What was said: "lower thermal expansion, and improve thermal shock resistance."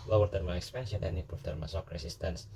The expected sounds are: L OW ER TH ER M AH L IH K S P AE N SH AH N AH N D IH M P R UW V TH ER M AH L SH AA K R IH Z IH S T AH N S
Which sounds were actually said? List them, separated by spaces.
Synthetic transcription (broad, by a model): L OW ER T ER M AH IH K S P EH N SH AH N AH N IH P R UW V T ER M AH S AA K R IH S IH S T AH N S